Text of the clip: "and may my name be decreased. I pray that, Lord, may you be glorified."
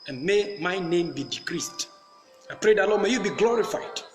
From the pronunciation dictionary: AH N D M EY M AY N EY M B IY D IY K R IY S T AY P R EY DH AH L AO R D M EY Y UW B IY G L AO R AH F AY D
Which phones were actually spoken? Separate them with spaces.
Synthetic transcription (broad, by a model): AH N M EY M AY N EY M B IY D IY K R IY S T AY P R EY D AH L AO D M EY Y UW B IY G L AO R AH F AY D